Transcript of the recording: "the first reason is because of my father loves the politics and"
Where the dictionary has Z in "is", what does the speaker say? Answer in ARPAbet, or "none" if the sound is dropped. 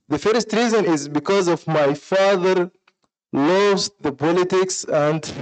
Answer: Z